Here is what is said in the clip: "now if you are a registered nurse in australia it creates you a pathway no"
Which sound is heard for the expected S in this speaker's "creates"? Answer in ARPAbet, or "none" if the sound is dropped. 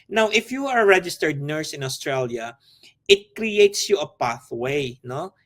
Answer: S